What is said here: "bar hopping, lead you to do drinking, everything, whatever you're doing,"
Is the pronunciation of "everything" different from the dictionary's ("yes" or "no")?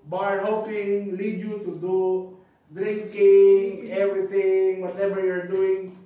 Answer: yes